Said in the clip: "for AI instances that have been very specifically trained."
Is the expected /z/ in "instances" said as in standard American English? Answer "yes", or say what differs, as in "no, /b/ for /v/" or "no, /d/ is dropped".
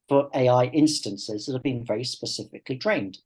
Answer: yes